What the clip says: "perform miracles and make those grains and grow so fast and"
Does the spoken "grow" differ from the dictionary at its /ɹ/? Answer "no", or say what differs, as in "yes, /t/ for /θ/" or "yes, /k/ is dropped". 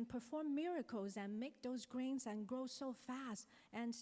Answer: no